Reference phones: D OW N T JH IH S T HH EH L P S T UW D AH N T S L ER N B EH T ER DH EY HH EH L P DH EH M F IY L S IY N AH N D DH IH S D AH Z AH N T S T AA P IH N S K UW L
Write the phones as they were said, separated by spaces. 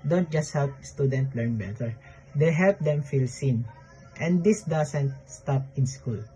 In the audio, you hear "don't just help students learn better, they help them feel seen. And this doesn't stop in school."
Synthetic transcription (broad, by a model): D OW N T JH IH S T HH EH L P S T UW D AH N T L ER N B EH T ER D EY HH EH L P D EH M F IY L S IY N AH N D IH S D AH S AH N T S T AA P IH N S K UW L